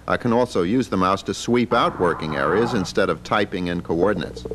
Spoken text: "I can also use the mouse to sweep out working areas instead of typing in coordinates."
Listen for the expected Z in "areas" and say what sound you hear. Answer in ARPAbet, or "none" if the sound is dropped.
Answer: Z